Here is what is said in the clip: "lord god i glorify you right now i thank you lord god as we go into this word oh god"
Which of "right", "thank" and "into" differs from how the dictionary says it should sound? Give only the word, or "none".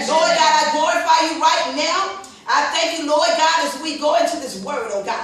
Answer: none